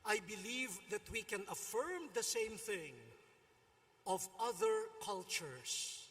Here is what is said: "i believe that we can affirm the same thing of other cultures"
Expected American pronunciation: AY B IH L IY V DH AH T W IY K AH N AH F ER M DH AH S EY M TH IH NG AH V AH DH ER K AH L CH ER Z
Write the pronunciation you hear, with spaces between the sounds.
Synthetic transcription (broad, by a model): AY B IH L IY V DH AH T W IY K AH N AH F ER M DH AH S EY M TH IH NG AH V AH DH ER K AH L CH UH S